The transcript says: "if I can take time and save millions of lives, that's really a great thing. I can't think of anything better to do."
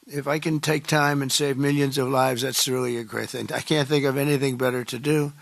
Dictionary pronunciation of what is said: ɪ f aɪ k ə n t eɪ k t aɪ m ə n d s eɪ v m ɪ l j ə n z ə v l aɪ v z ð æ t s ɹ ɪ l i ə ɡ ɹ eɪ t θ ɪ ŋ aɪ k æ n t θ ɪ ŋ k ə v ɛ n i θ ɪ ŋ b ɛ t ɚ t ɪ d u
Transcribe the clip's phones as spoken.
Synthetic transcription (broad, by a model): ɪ f aɪ k ə n t eɪ k t aɪ m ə n s eɪ v m ɪ l j ə n z ə v l aɪ v z ð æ t s ɹ ɪ l i ə ɡ ɹ eɪ t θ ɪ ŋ aɪ k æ n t θ ɪ ŋ k ə v ɛ n i θ ɪ ŋ b ɛ t ɚ t ɪ d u